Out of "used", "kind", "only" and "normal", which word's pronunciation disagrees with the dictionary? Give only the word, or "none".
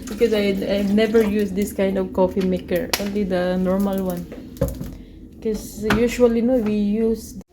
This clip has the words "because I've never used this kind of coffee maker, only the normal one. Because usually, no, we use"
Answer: used